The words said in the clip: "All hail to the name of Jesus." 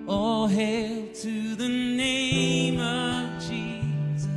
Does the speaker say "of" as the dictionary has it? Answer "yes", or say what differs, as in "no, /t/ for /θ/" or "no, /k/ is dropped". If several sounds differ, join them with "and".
yes